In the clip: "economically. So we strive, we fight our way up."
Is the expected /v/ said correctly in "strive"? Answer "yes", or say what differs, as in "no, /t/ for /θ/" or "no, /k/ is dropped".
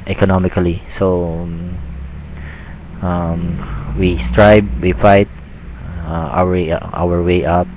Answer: no, /b/ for /v/